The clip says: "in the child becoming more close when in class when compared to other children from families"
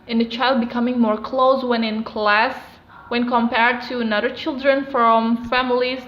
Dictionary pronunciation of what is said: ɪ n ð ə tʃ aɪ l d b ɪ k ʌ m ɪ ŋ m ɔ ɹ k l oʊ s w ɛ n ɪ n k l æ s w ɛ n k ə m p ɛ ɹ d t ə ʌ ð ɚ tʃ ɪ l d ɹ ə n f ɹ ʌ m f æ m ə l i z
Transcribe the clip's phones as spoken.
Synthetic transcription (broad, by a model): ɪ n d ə tʃ aɪ l d b ɪ k ʌ m ɪ ŋ m ɔ ɹ k l oʊ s w ɛ n ɪ n k l æ s w ɛ n k ə m p ɛ ɹ d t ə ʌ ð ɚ tʃ ɪ l d ɹ ə n f ɹ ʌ m f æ m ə l i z